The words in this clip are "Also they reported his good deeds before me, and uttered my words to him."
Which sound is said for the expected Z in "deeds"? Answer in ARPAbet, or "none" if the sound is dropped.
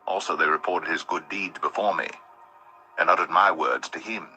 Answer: Z